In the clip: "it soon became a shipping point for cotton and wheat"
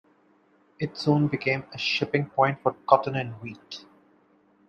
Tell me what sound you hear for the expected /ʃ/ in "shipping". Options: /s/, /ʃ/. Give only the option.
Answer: /ʃ/